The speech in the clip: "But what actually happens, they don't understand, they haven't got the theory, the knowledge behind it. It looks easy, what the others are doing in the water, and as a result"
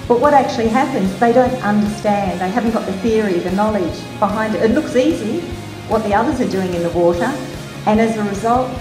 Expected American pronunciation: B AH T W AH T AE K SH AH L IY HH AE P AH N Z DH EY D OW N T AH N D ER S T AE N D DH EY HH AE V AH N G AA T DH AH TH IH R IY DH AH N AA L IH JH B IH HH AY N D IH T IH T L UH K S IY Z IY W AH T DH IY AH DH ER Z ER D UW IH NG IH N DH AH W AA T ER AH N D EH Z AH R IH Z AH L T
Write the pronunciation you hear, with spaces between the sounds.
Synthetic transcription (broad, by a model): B AH T W AH T AE K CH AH L IY HH AE P AH N Z DH EY D OW N T AH N D ER S T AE N DH EY HH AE V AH N G AA T DH AH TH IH R IY DH AH N AA L IH JH B IH HH AY N D IH T IH T L UH K S IY Z IY W AH T DH IY AH DH ER Z ER D UW IH NG IH N DH AH W AA T ER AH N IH Z AH R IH Z AH L T